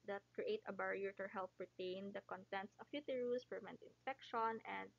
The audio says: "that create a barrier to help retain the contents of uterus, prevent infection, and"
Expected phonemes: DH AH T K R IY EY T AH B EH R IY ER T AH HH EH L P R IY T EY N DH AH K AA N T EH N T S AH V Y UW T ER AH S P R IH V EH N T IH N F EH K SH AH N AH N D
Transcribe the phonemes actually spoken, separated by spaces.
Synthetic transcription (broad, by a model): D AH T K R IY EY T AH B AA R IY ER T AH HH EH L P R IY T EY N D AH K AA N T EH N T S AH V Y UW T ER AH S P IH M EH N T IH N F EH K SH AH N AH N D